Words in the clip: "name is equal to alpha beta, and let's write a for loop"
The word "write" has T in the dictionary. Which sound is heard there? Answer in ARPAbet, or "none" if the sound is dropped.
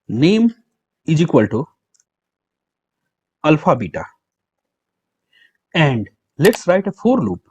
T